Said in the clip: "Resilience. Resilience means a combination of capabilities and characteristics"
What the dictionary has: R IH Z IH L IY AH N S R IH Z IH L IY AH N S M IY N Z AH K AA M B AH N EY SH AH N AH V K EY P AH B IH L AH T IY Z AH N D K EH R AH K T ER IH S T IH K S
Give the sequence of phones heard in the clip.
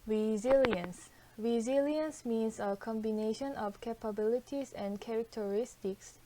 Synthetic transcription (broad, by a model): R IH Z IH L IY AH N S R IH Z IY L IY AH N S M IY N S AH K AA M B AH N EY SH AH N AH F K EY P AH B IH L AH T IY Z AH N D K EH R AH K T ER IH S T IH K S